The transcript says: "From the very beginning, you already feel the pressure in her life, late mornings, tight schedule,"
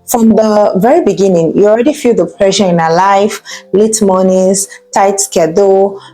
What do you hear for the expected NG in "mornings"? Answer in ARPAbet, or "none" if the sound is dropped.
none